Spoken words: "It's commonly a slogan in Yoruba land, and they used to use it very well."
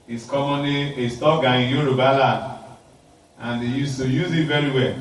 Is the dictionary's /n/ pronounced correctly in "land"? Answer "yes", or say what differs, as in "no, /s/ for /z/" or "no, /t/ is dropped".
no, /n/ is dropped